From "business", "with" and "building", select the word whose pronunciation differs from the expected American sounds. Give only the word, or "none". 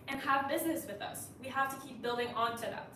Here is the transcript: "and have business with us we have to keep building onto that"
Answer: none